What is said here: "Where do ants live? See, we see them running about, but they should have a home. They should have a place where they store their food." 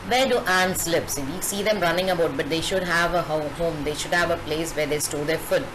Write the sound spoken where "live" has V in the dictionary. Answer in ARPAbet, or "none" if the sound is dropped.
P